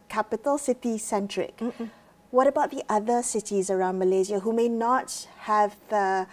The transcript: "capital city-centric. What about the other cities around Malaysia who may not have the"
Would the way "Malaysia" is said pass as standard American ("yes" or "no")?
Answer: no